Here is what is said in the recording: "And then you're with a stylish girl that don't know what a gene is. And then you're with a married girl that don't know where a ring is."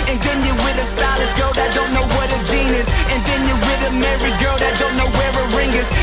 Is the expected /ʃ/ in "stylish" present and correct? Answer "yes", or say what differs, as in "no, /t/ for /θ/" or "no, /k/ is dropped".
no, /s/ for /ʃ/